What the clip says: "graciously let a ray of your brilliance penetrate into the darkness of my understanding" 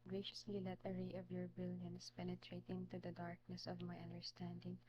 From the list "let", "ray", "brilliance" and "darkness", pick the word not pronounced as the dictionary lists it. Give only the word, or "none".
brilliance